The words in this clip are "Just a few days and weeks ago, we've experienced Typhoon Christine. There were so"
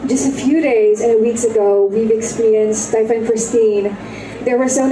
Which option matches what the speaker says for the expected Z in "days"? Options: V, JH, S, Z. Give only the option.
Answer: Z